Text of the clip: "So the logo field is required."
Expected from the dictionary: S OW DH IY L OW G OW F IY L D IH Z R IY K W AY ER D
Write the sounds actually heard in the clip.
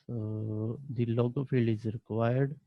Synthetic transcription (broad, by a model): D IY L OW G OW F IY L IH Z R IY K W AY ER D